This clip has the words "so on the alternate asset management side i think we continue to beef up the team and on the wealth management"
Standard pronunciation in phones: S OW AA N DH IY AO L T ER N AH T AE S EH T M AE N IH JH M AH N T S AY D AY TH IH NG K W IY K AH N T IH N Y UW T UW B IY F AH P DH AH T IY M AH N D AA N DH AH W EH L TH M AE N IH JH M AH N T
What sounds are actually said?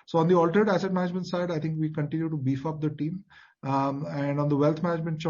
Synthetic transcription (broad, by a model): S OW AA N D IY AO L T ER AH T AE S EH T M AE N IH JH M AH N T S AY D AY T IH NG K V IY K AH N T IH N Y UW T UW B IY F AH P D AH T IY M AH N D AA N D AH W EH L T M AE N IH JH M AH N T